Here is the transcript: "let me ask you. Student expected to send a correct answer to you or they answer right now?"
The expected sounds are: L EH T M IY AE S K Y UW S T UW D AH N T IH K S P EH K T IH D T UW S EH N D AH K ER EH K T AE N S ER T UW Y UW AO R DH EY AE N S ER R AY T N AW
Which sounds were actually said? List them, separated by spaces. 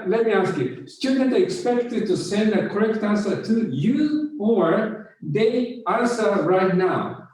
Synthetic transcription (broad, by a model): L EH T M IY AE S K Y UW S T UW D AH N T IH K S P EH K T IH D T UW S EH N D AH K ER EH K T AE N S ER T UW Y UW AO R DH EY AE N S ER R AY T N AW